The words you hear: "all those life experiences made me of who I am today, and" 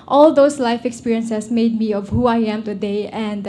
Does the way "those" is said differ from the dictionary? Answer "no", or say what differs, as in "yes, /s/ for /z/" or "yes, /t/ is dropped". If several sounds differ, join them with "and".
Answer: yes, /s/ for /z/